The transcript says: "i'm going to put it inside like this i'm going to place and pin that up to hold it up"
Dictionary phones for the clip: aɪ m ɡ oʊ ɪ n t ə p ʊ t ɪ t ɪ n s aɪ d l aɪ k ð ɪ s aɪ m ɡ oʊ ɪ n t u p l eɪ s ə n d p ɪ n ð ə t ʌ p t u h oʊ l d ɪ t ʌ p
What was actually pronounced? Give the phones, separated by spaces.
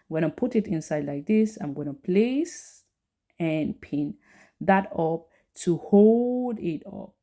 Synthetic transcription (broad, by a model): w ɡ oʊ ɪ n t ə p ʊ t ɪ t ɪ n s aɪ d l aɪ k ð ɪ s aɪ m ɡ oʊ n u p l eɪ s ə n p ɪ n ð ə t ʌ p t u h oʊ l d ɪ t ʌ p